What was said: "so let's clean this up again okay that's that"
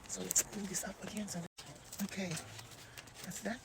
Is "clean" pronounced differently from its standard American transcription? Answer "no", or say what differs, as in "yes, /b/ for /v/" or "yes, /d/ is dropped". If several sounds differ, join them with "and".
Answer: yes, /l/ is dropped